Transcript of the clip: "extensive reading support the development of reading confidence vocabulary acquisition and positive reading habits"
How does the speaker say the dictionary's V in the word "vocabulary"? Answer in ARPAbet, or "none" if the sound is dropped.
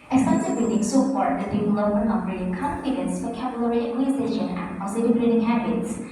F